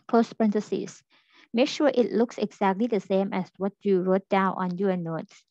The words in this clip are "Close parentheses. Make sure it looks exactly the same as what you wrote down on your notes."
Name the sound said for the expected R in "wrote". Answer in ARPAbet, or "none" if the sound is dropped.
R